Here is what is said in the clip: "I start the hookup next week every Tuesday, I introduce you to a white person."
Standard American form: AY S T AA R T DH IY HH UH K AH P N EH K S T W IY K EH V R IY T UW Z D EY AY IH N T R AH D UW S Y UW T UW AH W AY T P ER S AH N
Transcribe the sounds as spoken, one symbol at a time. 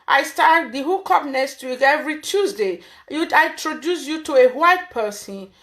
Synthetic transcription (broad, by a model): AY S T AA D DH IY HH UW K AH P N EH S T W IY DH EH V R IY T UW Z D EY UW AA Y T R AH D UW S Y UW T UW AH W AY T P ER S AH N